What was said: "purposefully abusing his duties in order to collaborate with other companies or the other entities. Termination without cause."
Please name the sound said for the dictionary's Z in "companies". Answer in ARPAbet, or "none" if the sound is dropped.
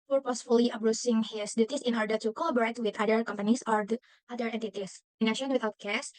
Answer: S